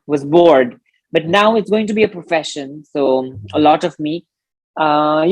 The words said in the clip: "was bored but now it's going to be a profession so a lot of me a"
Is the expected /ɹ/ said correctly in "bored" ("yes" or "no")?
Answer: yes